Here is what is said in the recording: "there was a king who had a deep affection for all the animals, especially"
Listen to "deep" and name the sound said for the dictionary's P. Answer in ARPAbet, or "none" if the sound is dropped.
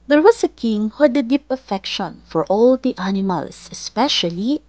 P